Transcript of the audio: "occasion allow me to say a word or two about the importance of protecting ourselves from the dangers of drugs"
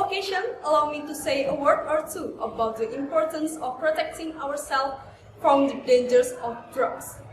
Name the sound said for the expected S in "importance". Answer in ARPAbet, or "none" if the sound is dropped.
S